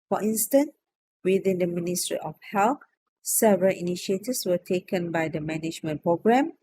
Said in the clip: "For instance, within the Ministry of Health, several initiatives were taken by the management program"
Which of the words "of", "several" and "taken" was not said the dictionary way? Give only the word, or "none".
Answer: of